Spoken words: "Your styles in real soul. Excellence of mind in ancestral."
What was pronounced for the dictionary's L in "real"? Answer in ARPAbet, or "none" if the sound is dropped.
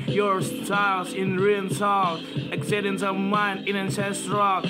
N